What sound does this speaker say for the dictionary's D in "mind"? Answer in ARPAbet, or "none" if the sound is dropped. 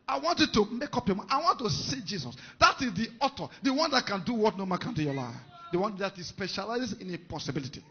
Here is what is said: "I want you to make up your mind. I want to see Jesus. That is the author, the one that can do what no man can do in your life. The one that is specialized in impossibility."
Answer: none